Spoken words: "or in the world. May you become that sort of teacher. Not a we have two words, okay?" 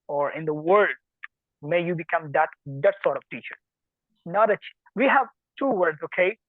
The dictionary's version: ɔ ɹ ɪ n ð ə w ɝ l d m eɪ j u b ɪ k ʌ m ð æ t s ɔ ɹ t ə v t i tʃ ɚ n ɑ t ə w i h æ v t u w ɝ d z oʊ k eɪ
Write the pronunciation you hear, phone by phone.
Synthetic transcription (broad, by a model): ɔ ɹ ɪ n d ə w ɝ l d m eɪ j u b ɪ k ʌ m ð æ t s ɔ ɹ t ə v t i tʃ ɚ n ɑ t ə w i h æ v t u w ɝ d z oʊ k eɪ